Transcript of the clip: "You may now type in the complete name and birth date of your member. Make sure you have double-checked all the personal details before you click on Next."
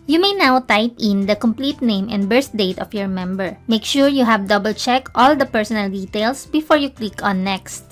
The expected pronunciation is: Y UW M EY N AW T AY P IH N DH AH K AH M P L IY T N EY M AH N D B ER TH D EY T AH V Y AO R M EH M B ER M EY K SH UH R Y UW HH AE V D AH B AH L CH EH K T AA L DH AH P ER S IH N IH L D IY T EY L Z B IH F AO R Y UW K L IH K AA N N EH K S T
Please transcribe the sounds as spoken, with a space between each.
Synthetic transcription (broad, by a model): Y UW M EY N AW T AY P IH N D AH K AH M P L IY T N EY M AH N D B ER S D EY T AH F Y AO R M EH M B ER M EY K SH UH R Y UW HH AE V D AH B AH L CH EH K T AA L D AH P ER S IH N IH L D IY T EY L S B IH F AO R Y UW K L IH K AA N N EH K S T